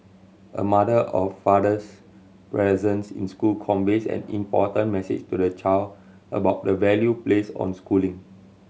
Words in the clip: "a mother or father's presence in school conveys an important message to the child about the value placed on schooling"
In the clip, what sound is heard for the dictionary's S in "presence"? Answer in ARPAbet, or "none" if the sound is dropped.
S